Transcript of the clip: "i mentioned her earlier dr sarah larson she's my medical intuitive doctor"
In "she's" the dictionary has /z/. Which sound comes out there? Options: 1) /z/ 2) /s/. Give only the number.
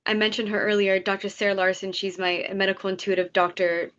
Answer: 1